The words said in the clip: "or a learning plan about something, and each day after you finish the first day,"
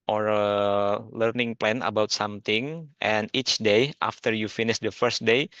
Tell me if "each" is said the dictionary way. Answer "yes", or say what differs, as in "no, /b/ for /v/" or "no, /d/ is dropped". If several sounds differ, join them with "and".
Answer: yes